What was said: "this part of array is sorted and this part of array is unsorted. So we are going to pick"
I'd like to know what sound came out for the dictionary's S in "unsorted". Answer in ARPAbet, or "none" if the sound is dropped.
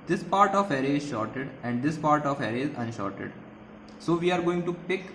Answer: SH